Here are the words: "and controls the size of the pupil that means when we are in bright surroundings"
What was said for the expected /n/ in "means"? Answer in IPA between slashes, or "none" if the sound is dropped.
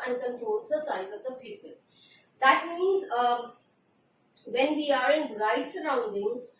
/n/